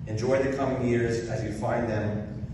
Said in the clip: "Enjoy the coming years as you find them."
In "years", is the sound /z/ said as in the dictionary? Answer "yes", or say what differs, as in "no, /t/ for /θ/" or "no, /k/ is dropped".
yes